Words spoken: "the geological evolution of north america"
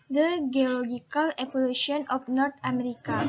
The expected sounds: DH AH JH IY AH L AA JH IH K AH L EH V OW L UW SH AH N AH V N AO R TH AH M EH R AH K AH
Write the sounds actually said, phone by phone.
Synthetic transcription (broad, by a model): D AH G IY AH L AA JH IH K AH L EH P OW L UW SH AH N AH F N AO R T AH M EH R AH K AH